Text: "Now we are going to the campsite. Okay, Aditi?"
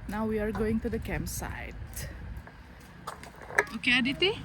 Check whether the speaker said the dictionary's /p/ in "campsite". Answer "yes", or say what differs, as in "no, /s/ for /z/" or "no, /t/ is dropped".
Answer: no, /p/ is dropped